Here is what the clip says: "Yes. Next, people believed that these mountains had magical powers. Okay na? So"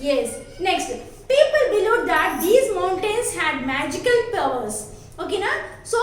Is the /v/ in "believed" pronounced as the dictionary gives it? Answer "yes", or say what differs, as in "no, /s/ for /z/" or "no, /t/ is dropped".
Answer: no, /v/ is dropped